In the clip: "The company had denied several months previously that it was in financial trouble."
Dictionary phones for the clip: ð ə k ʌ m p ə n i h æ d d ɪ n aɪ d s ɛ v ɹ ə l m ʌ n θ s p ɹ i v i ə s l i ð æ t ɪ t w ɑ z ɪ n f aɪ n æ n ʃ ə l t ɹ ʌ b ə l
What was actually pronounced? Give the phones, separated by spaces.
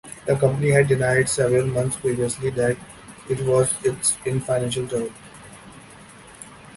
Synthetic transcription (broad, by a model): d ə k ʌ m p ə n i h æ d d ɪ n aɪ d s ɛ v ɹ ə l m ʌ n t s p ɹ i v i ə s l i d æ t ɪ t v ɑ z ɪ n f aɪ n æ n ʃ ə l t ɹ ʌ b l